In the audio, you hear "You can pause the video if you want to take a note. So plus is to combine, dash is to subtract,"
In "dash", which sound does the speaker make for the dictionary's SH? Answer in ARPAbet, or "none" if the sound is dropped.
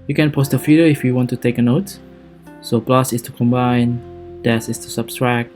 S